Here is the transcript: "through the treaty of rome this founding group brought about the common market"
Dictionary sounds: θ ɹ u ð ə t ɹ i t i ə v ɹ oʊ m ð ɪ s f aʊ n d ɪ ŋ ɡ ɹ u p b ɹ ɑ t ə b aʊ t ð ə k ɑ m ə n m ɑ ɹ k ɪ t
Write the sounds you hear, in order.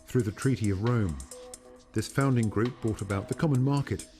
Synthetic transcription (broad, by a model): θ ɹ u ð ə t ɹ i t i ə v ɹ oʊ m ð ɪ s f aʊ n d ɪ ŋ ɡ ɹ u p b ɑ t ə b aʊ t ð ə k ɑ m ə n m ɑ ɹ k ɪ t